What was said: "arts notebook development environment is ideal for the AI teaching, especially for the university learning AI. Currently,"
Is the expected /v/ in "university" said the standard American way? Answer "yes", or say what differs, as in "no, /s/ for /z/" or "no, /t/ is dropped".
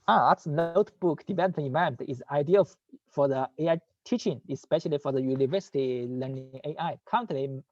yes